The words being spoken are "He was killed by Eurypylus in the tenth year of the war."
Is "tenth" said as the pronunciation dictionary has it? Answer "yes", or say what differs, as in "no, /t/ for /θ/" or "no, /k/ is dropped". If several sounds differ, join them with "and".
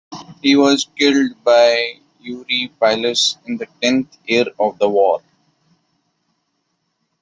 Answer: no, /t/ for /θ/